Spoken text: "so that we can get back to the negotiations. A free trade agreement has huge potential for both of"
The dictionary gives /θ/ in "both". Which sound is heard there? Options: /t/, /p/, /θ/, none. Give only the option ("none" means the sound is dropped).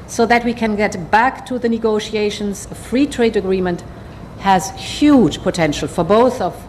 /θ/